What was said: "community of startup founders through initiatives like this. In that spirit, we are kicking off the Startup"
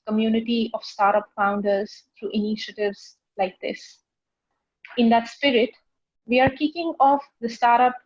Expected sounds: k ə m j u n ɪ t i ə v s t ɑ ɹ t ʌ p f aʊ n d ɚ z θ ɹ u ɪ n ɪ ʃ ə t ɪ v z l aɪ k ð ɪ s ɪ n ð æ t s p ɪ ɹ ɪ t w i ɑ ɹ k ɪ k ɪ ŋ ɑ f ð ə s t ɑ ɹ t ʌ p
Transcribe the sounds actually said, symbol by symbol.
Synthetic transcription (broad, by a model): k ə m j u n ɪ t i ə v s t ɑ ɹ t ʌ p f aʊ n d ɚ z t ɹ u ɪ n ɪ ʃ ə t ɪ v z l aɪ k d ɪ s ɪ n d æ t s p ɪ ɹ ɪ t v i ɑ ɹ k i k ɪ ŋ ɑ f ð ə s t ɑ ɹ t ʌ p